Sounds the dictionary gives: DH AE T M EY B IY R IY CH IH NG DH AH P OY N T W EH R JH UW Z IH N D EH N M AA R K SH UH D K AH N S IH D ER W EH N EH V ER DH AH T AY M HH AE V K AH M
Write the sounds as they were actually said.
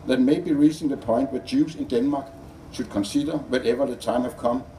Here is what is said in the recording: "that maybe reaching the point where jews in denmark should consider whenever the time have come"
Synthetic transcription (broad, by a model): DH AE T M EY B IY R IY S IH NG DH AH P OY N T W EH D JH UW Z IH N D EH N M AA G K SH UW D K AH N S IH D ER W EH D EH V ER DH AH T AY M HH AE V K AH M